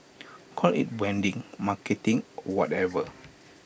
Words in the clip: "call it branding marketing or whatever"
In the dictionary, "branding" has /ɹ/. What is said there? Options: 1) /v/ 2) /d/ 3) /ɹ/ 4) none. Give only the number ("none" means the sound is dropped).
4